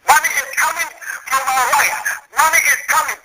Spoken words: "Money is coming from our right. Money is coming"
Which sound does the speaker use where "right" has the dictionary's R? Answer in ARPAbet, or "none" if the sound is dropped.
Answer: L